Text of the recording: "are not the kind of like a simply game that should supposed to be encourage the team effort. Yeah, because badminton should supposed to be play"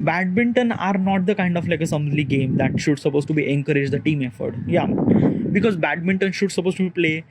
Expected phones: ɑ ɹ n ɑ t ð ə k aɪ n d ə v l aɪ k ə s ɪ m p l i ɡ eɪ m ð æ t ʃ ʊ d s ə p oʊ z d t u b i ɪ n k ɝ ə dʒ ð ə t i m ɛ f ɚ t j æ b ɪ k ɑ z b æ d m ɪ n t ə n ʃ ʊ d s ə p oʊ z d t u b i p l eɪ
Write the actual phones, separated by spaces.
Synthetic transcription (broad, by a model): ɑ ɹ n ɑ t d ə k aɪ n d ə f l aɪ k ə s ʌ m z l i ɡ eɪ m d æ t ʃ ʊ d s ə p oʊ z t u b i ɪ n k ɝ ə dʒ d ə t i m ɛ f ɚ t j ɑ b ɪ k ɑ z b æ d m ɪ n t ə n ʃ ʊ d s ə p oʊ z t u b i p l eɪ